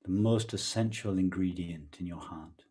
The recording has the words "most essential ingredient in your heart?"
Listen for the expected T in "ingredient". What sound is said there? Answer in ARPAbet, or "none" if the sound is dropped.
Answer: T